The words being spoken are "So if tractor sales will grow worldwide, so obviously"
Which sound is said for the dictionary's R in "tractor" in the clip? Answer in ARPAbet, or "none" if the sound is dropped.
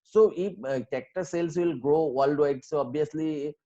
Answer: none